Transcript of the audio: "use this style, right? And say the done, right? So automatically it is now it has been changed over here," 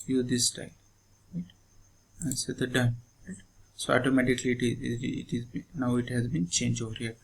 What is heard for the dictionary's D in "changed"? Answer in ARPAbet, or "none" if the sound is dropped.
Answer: none